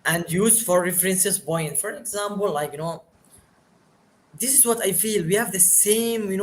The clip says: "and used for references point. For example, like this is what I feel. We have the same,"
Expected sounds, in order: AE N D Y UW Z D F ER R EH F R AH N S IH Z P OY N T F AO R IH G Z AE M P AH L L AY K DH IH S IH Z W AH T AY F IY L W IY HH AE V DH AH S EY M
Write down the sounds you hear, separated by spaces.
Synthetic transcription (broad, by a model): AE N D Y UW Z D F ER R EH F R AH N S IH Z B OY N F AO R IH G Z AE M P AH L L AY K DH IH S IH Z W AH T AY F IY L W IY HH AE V DH AH S EY M